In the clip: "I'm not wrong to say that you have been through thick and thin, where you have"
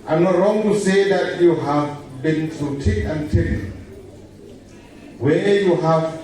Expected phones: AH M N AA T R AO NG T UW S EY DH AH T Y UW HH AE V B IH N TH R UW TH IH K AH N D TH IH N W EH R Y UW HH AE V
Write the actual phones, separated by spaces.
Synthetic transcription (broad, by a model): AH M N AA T R AO NG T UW S EY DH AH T Y UW HH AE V B IH N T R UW T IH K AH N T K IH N W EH Y UW HH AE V